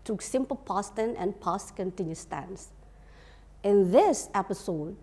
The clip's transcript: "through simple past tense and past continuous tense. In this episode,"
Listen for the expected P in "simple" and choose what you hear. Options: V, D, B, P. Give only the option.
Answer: P